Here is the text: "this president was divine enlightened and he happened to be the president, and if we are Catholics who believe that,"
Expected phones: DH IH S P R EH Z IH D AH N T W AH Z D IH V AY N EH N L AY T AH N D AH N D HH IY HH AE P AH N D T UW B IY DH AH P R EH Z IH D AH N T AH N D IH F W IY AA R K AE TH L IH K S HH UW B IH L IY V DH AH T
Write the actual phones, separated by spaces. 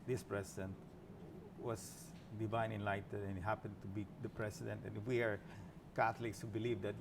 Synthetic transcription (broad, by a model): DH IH S P R EH S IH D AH N T W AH S D IH V AY N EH N L AY T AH D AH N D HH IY HH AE P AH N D T UW B IY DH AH P R EH S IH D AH N T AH N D IH F W IY AA R K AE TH L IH K S HH UW B IH L IY V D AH T